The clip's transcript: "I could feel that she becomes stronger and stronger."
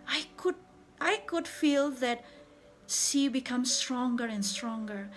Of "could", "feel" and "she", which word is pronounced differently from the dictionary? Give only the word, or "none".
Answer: she